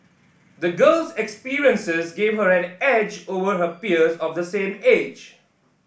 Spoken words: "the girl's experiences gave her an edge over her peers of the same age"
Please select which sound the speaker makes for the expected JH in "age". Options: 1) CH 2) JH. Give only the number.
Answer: 2